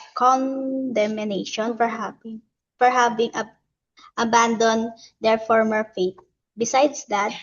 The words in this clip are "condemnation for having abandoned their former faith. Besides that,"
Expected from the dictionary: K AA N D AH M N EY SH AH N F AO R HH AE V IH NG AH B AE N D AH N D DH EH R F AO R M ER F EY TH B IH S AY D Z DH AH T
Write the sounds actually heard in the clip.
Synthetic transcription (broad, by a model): K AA N D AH M N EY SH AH N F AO R HH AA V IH NG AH B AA N D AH N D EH R F AO R M ER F EY T B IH S AY D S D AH T